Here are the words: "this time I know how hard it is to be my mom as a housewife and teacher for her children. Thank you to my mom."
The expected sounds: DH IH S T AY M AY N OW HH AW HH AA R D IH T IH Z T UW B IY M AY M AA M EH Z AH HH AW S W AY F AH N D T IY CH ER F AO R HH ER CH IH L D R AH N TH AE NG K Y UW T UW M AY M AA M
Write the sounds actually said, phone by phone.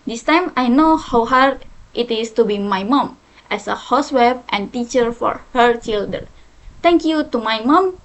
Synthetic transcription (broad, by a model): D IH S T AY M AY N OW HH AW HH AA R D IH T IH S T UW B IY M AY M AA M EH S AH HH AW S W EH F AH N T IY CH ER F AO R HH ER CH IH L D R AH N T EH NG K Y UW T UW M AY M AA M